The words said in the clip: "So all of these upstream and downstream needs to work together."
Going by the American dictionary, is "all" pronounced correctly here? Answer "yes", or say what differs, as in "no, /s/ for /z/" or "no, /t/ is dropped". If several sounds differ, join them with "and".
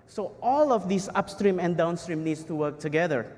yes